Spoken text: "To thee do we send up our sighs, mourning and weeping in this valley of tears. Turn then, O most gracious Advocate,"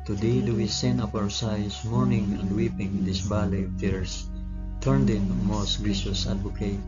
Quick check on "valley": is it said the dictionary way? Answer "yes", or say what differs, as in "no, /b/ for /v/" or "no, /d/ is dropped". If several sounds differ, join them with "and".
no, /b/ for /v/